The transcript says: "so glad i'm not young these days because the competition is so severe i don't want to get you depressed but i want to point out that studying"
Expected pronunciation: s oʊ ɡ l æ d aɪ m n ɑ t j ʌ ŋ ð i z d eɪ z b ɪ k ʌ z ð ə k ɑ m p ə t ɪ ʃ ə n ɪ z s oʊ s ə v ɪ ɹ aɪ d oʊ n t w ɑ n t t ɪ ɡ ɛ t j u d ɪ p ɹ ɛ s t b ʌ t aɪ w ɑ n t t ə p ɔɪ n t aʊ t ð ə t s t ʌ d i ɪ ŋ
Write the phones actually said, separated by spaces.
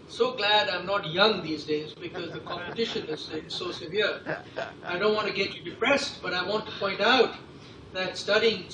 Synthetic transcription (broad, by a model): s oʊ ɡ l æ d aɪ m n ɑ t j ʌ ŋ ð i z d eɪ z b ɪ k ʌ z ð ə k ɑ m p ə t ɪ ʃ ə n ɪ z s oʊ s ə v ɪ ɹ aɪ d oʊ n t w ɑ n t t ɪ ɡ ɛ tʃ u d ɪ p ɹ ɛ s t b ʌ t aɪ w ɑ n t t ə p ɔɪ n t aʊ t ð ə t s t ʌ d i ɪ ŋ